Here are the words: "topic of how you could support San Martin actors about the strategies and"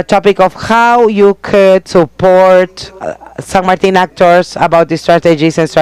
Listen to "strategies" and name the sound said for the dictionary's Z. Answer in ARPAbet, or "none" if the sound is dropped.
S